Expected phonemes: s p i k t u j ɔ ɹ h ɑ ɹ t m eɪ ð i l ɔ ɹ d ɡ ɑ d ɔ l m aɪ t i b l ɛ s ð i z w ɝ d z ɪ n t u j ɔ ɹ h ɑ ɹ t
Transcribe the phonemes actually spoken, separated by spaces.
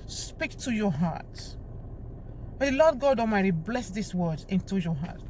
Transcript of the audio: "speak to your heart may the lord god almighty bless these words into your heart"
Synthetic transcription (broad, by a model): s p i k t u j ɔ h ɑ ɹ t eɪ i l ɔ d ɡ ɑ d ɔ m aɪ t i b l ɛ s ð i s w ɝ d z ɪ n t u j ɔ h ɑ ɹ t